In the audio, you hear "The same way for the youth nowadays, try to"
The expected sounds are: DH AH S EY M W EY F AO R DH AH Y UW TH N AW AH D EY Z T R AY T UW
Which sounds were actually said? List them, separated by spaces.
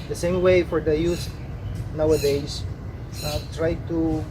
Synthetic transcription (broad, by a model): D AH S EY M W EY F AO R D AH Y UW S N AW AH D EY S T R AY T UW